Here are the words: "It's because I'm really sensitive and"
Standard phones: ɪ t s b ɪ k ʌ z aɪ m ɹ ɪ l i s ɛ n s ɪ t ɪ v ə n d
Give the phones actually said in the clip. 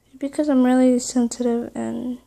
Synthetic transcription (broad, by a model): b ɪ k ʌ z aɪ m ɹ ɪ l i s ɛ n s ɪ t ɪ v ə n